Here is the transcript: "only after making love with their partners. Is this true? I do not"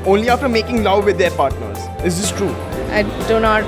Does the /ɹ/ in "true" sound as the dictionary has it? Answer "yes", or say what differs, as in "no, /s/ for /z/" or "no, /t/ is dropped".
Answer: yes